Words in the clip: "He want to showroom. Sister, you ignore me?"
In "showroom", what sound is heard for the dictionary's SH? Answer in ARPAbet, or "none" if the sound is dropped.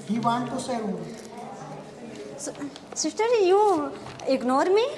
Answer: S